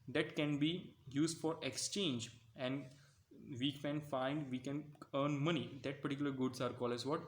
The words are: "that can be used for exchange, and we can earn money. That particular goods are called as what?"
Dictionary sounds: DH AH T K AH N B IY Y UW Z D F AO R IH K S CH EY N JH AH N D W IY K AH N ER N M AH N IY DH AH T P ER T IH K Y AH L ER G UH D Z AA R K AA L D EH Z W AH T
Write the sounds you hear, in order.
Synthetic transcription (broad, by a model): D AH T K AH N B IY Y UW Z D F AO R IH K S CH EY N JH AH N D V IY K AH N ER N M AH N IY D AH T P ER T IH K Y AH L ER G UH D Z AA R K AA L EH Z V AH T